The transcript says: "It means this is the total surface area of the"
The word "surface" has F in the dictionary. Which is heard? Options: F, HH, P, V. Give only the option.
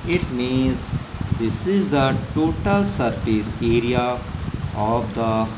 P